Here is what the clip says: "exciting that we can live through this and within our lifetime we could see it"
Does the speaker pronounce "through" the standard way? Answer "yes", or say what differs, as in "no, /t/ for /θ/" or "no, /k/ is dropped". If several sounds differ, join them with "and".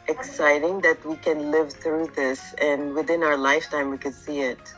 yes